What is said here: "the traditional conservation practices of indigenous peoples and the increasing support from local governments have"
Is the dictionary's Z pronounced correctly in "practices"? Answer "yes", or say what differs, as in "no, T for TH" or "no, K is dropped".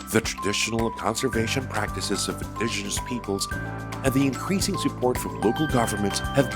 yes